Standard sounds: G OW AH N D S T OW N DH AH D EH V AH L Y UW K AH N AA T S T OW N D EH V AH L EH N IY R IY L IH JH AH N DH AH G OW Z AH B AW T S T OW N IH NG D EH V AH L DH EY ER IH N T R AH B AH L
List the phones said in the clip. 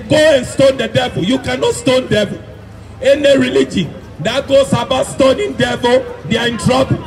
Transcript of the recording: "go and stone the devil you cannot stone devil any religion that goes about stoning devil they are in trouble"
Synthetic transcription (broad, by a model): G OW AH N S T OW N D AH D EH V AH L Y UW K AH N AA T S T OW N D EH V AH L EH N IY R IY L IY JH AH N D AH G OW S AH B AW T S T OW N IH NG D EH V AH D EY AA IH N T R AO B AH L